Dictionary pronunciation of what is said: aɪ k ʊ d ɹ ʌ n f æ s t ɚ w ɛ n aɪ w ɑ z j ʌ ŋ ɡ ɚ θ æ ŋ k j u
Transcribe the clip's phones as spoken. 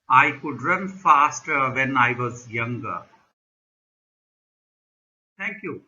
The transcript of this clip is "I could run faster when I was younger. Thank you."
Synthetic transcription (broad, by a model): aɪ k ʊ d ɹ ʌ n f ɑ s t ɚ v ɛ n aɪ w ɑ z j ʌ ŋ ɡ ɚ t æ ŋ k j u